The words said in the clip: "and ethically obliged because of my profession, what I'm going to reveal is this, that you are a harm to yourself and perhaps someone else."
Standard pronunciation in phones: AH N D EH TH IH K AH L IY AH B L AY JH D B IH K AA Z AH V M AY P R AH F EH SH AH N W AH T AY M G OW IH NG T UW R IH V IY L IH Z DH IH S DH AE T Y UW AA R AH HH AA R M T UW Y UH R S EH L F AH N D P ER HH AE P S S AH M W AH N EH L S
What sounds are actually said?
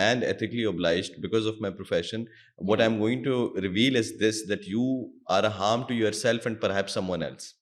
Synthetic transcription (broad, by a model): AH N D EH T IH K L IY AH B L AY JH D B IH K AA Z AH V M AY P R AH F EH SH AH N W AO T AY M G OW IH NG T UW R IH V IY L IH Z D IH S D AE T Y UW AA R AH HH AA R M T UW Y UH R S EH L F AH N D P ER HH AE P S S AH M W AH N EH L S